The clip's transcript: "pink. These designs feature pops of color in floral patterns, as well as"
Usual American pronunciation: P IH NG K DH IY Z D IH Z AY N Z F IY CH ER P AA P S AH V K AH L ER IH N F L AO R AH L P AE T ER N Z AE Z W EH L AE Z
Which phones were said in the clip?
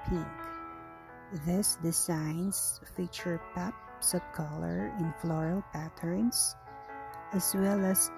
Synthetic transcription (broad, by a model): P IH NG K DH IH S D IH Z AY N S F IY CH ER P AA P S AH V K AH L ER IH N F L AO R AH L P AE T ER N S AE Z W EH L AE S